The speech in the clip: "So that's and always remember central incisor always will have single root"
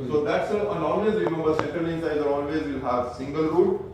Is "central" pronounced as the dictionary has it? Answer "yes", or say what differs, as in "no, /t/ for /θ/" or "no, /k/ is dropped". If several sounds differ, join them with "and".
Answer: no, /ɹ/ is dropped